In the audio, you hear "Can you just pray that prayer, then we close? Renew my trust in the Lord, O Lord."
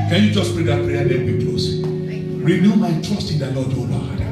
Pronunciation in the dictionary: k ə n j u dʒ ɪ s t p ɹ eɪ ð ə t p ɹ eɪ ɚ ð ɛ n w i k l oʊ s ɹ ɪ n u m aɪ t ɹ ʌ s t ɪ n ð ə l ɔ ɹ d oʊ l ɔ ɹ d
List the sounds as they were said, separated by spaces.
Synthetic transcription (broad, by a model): k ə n j u dʒ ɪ s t p ɹ eɪ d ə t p ɹ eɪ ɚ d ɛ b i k oʊ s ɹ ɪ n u m aɪ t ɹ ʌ s t ɪ n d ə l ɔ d oʊ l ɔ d